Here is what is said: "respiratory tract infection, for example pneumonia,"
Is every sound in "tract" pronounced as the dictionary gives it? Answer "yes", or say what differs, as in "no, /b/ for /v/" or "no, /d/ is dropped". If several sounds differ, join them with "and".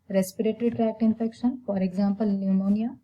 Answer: yes